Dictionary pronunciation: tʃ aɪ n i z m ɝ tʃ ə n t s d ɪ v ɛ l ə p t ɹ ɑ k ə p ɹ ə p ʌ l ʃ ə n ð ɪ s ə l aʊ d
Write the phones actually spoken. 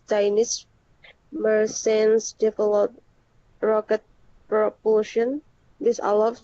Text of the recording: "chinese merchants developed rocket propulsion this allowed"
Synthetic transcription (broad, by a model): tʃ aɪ n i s m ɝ s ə n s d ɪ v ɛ l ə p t ɹ ɑ k ə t ɹ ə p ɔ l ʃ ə n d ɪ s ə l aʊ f